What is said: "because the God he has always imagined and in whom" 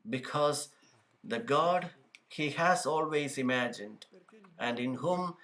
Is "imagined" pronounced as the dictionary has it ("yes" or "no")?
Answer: yes